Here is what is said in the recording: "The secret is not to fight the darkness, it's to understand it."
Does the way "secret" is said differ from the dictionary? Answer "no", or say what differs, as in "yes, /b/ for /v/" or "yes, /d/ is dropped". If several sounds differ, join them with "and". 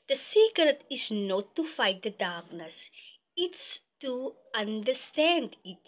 yes, /ɹ/ is dropped